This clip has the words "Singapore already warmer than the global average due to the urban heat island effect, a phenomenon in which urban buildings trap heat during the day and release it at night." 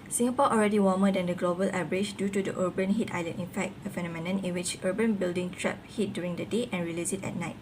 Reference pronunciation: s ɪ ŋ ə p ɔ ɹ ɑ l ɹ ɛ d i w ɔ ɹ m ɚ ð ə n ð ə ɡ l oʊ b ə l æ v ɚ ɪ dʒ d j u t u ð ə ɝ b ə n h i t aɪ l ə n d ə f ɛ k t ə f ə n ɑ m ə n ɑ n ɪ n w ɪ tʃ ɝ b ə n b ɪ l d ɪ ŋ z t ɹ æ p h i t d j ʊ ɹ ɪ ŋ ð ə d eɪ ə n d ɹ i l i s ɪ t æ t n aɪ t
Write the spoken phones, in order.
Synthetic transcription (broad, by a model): s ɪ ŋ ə p ɔ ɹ ɑ l ɹ ɛ d i w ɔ m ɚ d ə n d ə ɡ l oʊ b ə l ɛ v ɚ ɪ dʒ d j u t u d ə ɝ b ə n h i t aɪ l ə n ə f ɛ k t ə f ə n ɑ m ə n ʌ n ɪ n w ɪ tʃ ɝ b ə n b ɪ l d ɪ ŋ t ɹ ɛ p h i t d j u ɹ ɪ ŋ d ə d eɪ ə n ɹ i l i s ɪ t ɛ t n aɪ t